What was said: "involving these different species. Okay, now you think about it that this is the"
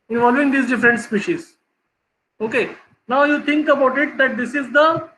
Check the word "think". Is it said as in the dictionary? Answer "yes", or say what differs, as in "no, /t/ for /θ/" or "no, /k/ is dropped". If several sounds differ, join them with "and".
no, /t/ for /θ/